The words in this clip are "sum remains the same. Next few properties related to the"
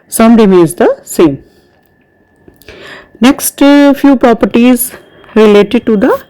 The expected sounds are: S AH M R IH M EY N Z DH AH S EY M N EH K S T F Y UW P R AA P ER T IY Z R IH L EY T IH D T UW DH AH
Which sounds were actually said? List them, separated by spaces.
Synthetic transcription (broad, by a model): S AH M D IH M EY Z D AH S EY M N EH K S T F Y UW P R AA P ER T IY Z R IH L EY T IH D T UW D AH